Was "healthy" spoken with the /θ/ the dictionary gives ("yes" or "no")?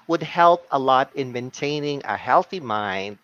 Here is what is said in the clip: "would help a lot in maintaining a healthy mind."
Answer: yes